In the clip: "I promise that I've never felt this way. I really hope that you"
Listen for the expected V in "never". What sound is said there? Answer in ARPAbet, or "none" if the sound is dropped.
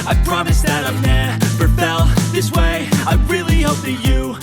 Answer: P